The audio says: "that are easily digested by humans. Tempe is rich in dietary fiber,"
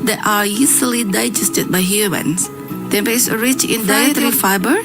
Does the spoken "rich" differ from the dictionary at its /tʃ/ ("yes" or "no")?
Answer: no